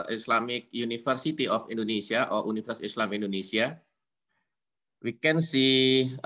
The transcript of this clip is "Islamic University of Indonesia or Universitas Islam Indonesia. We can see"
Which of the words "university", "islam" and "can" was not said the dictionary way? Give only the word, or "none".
university